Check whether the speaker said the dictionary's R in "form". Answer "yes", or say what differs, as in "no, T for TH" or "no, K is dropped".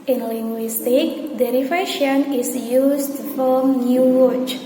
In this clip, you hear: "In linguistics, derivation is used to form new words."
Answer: no, L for R